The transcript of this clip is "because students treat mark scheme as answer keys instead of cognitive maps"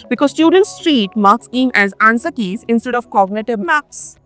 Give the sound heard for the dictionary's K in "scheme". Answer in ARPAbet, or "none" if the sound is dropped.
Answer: none